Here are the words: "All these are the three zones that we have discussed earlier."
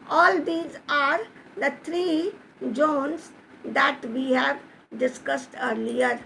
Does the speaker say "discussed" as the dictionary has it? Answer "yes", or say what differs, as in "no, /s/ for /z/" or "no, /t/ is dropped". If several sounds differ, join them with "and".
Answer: yes